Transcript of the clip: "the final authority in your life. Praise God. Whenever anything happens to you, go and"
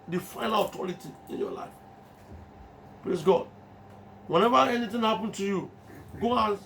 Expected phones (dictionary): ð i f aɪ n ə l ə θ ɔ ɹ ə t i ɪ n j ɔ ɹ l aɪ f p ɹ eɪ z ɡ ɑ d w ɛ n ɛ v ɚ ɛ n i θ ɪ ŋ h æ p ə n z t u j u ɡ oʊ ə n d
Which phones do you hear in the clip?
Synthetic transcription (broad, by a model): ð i f aɪ n ə l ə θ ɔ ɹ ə t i ɪ n j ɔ l aɪ f p ɹ eɪ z ɡ ɑ d w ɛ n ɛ v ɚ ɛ n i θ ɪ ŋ h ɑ p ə n t u j u ɡ oʊ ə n